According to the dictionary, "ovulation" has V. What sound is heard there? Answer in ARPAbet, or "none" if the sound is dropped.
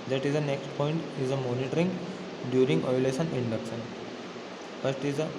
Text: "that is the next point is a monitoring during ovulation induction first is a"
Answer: none